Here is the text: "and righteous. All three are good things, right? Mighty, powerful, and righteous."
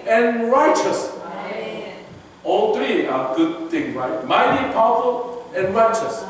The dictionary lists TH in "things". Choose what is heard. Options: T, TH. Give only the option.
T